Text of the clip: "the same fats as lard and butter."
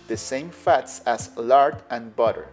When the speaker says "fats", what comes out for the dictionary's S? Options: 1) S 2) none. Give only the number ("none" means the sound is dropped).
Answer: 1